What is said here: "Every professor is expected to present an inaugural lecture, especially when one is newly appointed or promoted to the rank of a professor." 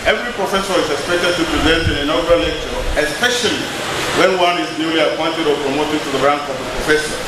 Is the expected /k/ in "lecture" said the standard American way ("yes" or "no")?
yes